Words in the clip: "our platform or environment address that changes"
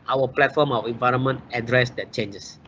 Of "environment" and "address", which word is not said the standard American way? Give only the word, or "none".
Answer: none